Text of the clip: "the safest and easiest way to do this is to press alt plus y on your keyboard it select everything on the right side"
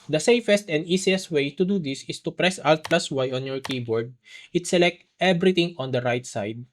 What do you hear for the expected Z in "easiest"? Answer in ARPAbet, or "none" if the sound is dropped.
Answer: S